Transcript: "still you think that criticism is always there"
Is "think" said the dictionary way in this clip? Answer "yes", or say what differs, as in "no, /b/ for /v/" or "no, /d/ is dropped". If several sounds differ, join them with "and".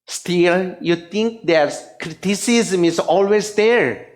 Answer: no, /t/ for /θ/